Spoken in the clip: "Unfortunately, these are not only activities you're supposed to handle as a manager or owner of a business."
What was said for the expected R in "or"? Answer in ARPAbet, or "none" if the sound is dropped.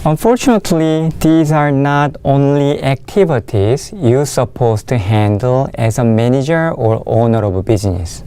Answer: R